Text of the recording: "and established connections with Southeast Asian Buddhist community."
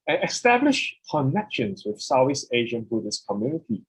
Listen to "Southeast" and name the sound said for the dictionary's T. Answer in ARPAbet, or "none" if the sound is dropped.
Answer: none